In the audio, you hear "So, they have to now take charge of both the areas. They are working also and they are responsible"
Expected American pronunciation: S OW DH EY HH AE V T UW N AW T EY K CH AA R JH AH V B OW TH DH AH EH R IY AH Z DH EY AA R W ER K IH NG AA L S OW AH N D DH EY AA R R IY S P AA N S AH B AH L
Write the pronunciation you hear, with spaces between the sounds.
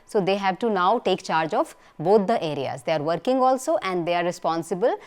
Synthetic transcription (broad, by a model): S OW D EY HH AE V T UW N AW T EY K CH AA R JH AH F B OW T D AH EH R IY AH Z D EY AA R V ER K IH NG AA L S OW AH N D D EY AA R R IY S P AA N S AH B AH L